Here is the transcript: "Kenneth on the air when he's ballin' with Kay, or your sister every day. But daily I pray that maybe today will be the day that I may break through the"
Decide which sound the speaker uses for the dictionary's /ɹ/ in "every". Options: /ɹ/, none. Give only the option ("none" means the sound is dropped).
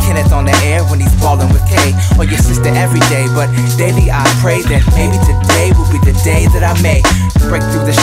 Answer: /ɹ/